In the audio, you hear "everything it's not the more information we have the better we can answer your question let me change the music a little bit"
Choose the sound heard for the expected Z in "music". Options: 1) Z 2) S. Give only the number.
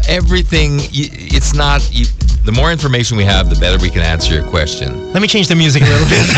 1